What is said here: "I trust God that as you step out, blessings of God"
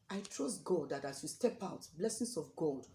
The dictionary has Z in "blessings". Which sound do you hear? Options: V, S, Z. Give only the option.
S